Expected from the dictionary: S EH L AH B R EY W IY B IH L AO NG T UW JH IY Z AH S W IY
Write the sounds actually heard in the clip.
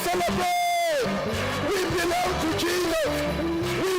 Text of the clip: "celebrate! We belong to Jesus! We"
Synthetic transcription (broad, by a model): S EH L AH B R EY W IY B IH L AO NG T UW CH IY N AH W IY